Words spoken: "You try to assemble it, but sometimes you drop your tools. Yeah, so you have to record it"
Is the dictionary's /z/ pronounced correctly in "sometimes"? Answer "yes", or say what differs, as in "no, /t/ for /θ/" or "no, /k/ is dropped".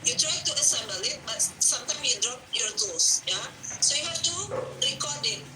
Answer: no, /z/ is dropped